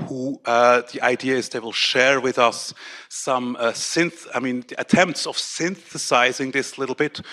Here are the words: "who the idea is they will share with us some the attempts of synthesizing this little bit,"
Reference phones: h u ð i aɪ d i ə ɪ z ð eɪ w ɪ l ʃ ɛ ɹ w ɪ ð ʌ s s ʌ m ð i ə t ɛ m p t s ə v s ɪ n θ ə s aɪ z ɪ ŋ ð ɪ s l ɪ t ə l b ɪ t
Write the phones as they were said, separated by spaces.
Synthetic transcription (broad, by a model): h u ð i aɪ d i ə ɪ z ð eɪ w ɪ l ʃ ɛ ɹ w ɪ ð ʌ s s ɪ m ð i ə t ɛ m p t s ə v s ɪ n θ ə s aɪ z ɪ ŋ ð ɪ s l ɪ t l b ɪ t